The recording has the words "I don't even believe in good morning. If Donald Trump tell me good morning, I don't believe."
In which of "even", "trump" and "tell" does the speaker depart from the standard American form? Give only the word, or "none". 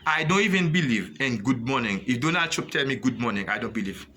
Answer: trump